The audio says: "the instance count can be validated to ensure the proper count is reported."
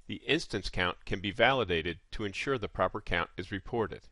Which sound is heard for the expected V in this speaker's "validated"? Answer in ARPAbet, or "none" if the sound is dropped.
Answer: V